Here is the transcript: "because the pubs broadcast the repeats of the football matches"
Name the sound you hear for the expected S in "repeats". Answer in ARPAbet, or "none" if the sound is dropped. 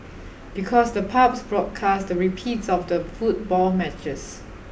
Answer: S